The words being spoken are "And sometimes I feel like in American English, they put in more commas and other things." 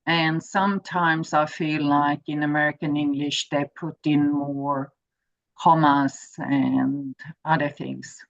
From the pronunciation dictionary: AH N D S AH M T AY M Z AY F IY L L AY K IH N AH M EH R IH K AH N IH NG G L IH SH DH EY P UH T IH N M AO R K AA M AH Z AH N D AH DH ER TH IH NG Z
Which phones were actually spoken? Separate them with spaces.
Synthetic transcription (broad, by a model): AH N S AH M T AY M Z AY F IY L L AY K IH N AH M EH R IH K AH N IH NG G L IH SH DH EY P UH T IH N M AO R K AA M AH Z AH N AH DH ER TH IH NG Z